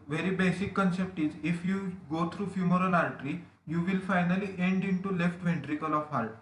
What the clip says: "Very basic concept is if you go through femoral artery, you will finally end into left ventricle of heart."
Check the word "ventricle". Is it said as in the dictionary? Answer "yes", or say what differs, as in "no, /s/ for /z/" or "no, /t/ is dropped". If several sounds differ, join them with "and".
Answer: yes